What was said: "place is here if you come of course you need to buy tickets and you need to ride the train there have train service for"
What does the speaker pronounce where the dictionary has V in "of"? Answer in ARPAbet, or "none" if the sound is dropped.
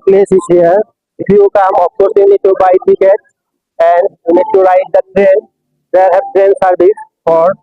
P